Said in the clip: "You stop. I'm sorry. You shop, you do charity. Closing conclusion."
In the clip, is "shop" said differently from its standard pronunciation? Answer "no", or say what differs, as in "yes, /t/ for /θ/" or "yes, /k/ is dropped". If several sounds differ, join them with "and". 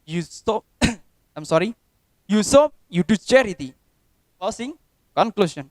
yes, /s/ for /ʃ/